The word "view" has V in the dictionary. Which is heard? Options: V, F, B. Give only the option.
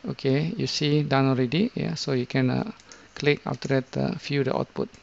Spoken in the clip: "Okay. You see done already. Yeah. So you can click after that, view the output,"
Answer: F